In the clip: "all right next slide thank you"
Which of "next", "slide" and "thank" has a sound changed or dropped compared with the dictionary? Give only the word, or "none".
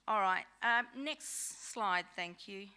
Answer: none